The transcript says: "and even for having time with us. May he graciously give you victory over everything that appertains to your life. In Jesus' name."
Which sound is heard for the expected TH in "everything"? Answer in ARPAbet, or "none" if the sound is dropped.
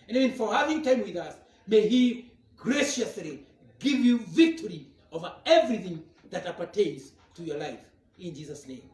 TH